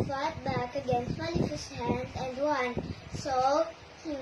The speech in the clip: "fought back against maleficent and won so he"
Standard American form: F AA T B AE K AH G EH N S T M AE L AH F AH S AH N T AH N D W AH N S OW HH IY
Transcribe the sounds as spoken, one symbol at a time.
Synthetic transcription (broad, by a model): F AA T B AE K AH G EH N S T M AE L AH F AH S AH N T AH N D W AH N S OW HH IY